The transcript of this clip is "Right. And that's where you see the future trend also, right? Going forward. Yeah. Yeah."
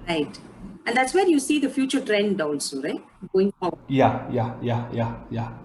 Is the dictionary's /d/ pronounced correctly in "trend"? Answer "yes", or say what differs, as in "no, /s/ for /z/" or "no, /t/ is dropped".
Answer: yes